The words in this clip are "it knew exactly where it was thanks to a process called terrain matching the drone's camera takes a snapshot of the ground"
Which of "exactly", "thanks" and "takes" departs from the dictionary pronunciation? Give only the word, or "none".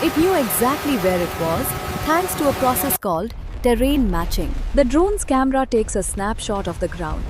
thanks